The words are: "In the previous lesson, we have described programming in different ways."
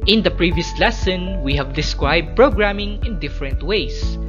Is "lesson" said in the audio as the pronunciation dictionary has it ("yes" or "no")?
yes